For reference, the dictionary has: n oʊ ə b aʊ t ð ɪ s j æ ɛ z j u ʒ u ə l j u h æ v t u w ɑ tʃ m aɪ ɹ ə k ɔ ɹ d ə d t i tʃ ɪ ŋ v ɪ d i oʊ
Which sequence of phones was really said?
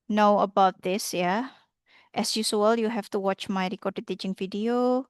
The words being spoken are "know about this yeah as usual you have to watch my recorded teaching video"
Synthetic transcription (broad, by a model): n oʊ ə b aʊ t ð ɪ s j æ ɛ s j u s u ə l j u h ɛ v t u w ɑ tʃ m aɪ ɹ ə k ɔ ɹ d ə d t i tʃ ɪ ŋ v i d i oʊ